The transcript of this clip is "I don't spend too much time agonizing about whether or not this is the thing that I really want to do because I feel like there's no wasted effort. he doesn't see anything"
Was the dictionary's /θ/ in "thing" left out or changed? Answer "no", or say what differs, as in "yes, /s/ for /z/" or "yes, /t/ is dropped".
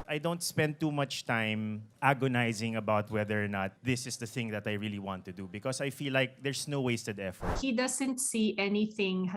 no